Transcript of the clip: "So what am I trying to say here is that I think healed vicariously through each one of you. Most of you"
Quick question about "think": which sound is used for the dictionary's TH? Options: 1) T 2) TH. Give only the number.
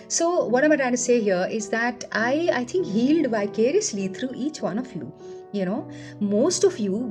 1